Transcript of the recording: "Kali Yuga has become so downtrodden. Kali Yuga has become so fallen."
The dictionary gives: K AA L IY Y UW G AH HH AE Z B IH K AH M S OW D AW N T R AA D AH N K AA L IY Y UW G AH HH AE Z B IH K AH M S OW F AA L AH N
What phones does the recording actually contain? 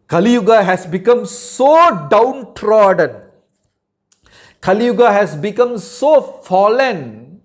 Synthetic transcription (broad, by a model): K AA L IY Y UW G AH HH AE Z B IH K AH M S OW D AW N T R AA D AH N K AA L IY Y UW G AH HH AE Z B IH K AH M S OW F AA L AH N